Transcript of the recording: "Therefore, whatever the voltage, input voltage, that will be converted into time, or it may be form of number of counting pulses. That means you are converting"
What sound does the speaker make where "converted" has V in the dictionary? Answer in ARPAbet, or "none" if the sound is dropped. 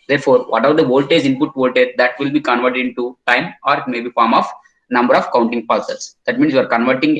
V